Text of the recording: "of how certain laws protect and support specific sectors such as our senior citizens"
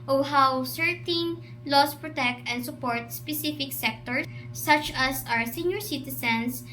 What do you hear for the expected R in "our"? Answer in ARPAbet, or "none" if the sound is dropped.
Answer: R